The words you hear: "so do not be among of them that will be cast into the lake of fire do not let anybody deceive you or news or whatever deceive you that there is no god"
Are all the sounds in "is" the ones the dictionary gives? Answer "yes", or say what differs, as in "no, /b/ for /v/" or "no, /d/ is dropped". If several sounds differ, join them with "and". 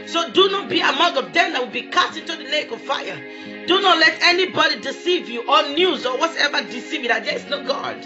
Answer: no, /s/ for /z/